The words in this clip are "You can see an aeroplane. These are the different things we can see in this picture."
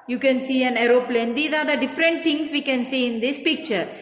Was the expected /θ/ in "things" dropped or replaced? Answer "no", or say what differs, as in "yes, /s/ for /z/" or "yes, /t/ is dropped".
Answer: yes, /t/ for /θ/